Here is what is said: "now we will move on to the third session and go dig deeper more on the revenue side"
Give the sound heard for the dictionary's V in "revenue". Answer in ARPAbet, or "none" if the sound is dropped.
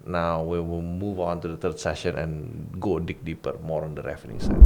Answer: F